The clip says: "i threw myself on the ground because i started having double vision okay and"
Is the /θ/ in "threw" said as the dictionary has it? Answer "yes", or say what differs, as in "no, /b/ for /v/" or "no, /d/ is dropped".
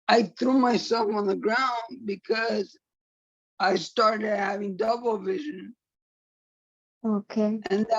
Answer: yes